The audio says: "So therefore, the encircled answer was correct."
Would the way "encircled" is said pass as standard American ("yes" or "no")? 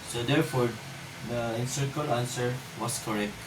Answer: no